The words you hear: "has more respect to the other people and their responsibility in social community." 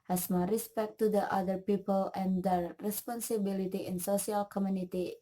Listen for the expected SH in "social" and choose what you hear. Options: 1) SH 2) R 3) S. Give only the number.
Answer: 3